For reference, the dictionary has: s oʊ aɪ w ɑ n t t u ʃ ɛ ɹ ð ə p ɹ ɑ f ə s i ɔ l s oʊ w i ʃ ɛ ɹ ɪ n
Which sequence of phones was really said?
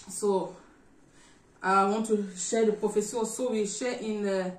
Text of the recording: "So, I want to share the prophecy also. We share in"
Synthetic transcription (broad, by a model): s oʊ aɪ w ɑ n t t u ʃ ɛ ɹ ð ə p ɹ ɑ f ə s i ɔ s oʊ w i ʃ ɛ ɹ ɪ n